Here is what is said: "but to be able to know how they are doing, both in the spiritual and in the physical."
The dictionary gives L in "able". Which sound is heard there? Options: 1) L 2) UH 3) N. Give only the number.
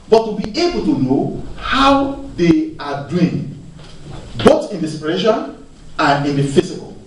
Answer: 1